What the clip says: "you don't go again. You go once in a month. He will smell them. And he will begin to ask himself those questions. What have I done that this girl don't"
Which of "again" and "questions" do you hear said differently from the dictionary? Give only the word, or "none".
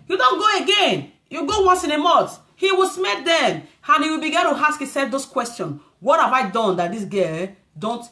questions